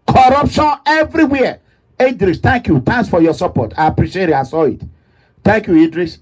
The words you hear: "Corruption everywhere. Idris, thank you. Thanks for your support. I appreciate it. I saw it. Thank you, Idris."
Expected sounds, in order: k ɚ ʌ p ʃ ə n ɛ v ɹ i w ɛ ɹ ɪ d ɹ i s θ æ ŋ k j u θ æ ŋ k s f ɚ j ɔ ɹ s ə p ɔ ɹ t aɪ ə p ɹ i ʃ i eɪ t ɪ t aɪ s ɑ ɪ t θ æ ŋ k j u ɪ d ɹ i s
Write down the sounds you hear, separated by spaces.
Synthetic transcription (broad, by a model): k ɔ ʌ p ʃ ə n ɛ v ɹ i w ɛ ɪ d ɹ i s t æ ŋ k j u t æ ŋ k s f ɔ j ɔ s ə p ɔ t aɪ ə p ɹ i ʃ i eɪ t ɪ t aɪ s ɑ ɪ t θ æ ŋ k j u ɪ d ɹ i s